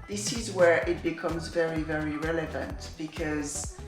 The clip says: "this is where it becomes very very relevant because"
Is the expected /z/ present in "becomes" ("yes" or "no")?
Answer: yes